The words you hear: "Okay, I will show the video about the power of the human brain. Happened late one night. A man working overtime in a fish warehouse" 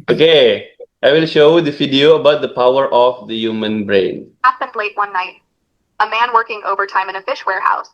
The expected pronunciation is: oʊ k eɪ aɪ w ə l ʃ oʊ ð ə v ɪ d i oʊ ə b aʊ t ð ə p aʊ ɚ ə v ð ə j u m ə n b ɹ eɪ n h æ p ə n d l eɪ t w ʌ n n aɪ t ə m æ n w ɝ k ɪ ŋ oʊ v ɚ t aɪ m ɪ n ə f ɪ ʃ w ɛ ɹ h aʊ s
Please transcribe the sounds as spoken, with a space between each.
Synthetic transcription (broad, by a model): oʊ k eɪ aɪ w ə l ʃ oʊ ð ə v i d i oʊ ə b aʊ t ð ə p aʊ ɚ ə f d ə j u m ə n b ɹ eɪ n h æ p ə n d l eɪ t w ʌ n n aɪ t ə m æ n w ɝ k ɪ ŋ oʊ v ɚ t aɪ m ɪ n ə f ɪ ʃ w ɛ ɹ h aʊ s